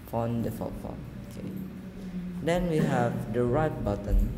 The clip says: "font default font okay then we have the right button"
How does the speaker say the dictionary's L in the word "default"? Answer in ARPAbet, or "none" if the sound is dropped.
none